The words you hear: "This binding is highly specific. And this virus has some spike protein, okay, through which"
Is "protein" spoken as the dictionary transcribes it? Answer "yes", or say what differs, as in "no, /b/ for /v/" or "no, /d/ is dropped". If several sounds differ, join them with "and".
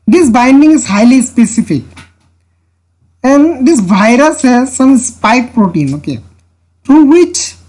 yes